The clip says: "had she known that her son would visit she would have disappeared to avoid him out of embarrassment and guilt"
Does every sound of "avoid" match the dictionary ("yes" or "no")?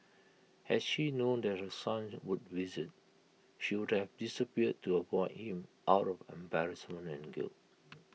no